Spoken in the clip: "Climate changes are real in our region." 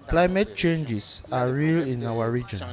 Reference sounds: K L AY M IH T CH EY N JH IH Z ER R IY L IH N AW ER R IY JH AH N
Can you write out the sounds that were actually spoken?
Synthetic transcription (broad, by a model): K L AY M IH T CH EY N JH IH S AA R IY L IH N AW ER R IY JH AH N